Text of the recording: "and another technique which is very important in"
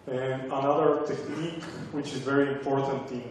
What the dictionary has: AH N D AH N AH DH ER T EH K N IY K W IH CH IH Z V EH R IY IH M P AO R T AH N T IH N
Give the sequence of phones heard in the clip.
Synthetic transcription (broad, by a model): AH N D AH N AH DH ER T EH K N IY K W IH CH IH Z V EH R IY IH M P AO R T AH N T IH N